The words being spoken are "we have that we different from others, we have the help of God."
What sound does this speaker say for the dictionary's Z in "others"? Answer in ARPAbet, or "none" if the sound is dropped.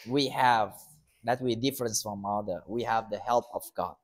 none